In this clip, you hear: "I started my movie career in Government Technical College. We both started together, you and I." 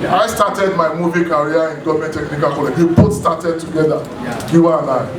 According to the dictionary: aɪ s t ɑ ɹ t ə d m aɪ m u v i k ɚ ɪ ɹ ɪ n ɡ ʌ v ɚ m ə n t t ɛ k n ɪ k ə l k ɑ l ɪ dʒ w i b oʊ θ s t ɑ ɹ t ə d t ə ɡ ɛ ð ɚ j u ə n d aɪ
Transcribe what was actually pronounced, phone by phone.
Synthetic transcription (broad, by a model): aɪ s t ɑ t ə d m aɪ m u v i k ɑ ɹ ɪ n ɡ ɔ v m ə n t t ɛ k n ɪ k ə l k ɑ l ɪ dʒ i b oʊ t s t ɑ t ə d t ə ɡ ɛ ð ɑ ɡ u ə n aɪ